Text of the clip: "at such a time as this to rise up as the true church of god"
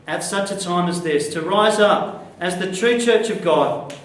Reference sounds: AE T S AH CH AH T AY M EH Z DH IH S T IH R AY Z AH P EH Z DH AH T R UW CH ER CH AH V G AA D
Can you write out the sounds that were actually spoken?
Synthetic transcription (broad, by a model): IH T S AH CH AH T AY M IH Z DH IH S T IH R AY Z AH P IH Z DH AH T R UW CH ER CH AH V G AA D